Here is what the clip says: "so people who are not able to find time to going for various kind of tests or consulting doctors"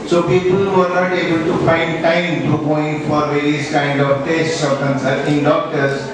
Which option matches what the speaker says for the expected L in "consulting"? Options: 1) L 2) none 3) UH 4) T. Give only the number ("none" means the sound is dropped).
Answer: 2